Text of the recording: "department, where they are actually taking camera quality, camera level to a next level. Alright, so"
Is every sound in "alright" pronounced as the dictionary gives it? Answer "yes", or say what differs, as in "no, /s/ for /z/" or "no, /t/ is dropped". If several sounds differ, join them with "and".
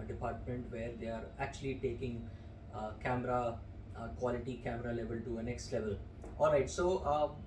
yes